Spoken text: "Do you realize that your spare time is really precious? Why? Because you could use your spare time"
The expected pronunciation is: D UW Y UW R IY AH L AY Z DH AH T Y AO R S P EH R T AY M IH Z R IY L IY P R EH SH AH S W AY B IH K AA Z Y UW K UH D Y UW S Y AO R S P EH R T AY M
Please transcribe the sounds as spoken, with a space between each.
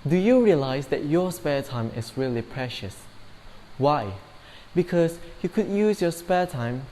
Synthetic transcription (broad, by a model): D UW Y UW R IY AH L AY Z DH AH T Y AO S P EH T AY M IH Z R IY L IY P R EH SH AH S W AY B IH K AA S Y UW K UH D Y UW S Y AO S P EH T AY M